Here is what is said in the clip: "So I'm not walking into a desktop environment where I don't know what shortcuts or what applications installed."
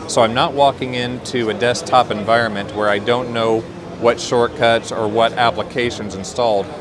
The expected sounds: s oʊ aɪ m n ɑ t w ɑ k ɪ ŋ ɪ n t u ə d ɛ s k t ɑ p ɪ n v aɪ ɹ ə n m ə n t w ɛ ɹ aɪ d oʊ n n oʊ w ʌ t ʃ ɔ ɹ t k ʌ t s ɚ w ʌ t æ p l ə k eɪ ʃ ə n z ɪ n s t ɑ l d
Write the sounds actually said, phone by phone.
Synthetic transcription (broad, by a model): s oʊ aɪ m n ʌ t w ɑ k ɪ ŋ ɪ n t u ə d ɛ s t ɑ p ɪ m v aɪ ɹ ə n m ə n t w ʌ ɹ aɪ d oʊ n n oʊ w ʌ t ʃ ɔ ɹ t k ʌ t s ɚ w ʌ t æ p l ə k eɪ ʃ ə n z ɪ n s t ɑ l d